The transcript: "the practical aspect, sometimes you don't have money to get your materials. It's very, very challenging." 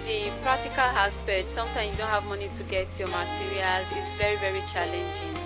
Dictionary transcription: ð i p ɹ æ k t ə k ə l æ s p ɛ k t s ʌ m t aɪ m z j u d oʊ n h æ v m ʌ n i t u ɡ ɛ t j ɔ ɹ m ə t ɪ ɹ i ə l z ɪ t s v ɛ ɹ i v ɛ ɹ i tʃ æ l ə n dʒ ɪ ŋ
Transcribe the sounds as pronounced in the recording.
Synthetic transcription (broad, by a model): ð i p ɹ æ k t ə k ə l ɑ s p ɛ t s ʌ m t aɪ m j u d oʊ n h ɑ v m ʌ n i t u ɡ ɛ t j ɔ m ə t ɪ ɹ i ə l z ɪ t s v ɛ ɹ i v ɛ ɹ i tʃ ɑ l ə n dʒ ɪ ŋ